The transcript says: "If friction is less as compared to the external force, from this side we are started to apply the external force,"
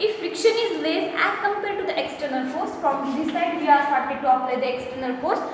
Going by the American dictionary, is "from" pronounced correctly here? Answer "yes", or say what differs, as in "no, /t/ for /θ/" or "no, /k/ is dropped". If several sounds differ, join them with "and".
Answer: no, /p/ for /f/